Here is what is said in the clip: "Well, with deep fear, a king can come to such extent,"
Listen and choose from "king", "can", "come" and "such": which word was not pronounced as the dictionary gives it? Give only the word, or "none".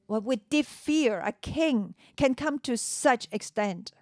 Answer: none